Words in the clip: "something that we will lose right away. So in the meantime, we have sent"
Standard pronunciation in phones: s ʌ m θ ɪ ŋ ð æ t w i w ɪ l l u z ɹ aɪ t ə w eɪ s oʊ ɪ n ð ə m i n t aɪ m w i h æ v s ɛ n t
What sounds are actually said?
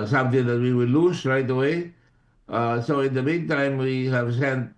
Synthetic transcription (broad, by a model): s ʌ m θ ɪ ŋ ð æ t w i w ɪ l l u s ɹ aɪ t ə w eɪ s oʊ ɪ n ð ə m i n t aɪ m w i h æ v s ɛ n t